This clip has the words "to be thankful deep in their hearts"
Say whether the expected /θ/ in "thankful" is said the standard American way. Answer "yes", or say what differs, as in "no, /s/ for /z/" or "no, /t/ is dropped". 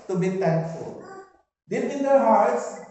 no, /t/ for /θ/